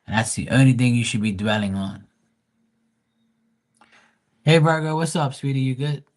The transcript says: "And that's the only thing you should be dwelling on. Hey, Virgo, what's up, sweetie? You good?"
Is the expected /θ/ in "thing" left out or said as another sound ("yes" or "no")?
no